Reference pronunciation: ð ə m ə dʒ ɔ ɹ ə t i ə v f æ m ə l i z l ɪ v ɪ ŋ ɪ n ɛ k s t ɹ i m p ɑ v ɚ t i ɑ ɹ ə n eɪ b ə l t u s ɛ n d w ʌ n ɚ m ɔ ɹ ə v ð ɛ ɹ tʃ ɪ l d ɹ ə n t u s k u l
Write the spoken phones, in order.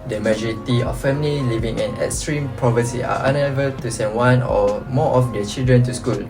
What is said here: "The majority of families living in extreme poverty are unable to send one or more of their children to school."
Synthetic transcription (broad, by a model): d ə m ə dʒ ɔ ɹ ə t i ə f f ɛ m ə l i l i v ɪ ŋ ɪ n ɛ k s t ɹ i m p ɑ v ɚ s i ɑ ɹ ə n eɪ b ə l t u s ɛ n w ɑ n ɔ m ɔ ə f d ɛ tʃ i l d ɹ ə n t u s k u l